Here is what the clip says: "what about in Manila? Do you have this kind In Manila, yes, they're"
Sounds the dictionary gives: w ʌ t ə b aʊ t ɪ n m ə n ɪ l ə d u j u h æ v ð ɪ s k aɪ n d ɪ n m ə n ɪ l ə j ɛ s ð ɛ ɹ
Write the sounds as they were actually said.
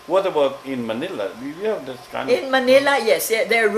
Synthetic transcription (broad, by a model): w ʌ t ə b aʊ t ɪ n m ə n ɪ l ə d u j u h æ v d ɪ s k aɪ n ɪ n m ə n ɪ l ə j ɛ s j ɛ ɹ